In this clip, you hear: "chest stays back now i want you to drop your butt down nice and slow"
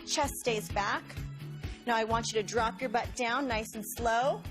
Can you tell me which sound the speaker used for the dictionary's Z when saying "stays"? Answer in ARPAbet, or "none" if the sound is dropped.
Z